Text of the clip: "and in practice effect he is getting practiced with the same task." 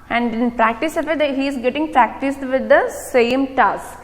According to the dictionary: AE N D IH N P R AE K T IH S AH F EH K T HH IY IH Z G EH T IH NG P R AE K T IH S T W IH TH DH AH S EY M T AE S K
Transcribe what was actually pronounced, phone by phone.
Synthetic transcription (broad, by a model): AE N D IH N P R AE K T IH S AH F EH T HH IY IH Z G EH T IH NG P R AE K T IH S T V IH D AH S EY M T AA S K